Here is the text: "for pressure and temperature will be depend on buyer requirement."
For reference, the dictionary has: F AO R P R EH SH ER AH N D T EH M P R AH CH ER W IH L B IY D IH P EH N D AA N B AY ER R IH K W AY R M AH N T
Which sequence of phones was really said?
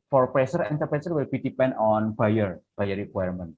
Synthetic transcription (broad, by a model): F AO R P R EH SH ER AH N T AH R P R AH S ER W IH L B IY D IH P EH N D AA N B AY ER R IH K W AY R M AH N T